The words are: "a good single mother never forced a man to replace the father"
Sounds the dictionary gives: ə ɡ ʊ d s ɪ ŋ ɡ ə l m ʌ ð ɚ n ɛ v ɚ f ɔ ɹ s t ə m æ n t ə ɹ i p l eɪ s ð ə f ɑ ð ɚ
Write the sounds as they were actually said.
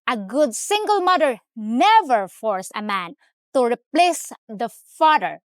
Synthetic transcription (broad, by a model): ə ɡ ʊ d s ɪ ŋ ɡ ə l m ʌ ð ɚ n ɛ v ɚ f ɔ ɹ s ə m æ n t ə ɹ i p l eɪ s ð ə f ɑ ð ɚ